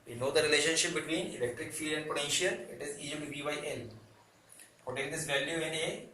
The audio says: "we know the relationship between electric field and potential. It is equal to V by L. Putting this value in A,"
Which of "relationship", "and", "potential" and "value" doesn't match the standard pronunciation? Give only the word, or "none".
none